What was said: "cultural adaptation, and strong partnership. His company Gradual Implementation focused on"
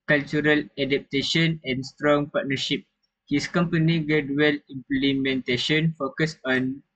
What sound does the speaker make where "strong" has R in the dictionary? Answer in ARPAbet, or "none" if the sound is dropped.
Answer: R